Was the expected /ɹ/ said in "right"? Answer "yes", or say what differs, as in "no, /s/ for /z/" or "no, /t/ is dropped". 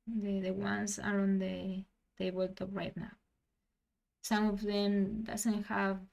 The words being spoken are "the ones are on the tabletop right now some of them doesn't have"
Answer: yes